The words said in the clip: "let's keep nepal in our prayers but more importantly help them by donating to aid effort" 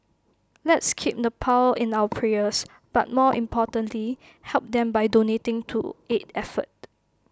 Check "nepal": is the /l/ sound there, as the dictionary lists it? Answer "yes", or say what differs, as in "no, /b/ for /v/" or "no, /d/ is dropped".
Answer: no, /w/ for /l/